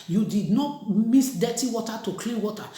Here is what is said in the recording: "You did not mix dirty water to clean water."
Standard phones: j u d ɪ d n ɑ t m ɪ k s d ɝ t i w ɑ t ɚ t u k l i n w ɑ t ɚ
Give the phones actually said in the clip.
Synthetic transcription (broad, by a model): j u d ɪ d n ɑ t m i s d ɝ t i w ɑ t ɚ t u k l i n w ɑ t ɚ